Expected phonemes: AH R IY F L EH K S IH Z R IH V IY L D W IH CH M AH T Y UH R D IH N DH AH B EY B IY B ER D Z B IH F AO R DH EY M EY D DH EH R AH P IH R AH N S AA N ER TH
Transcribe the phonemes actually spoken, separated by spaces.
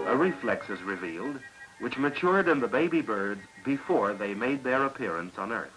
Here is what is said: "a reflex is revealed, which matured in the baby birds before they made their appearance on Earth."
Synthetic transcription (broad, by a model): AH R IY F L EH K S IH Z R IH V IY L D W IH CH M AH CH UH R D IH N DH AH B EY B IY B ER D Z B IH F AO R DH EY M EY D DH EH R AH P IH R AH N S N ER TH